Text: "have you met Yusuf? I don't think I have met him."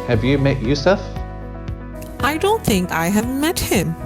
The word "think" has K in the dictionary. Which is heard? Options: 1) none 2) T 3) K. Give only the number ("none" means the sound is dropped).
3